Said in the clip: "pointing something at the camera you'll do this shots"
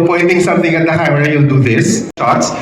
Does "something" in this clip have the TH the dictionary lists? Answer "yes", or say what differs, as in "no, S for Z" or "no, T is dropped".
no, T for TH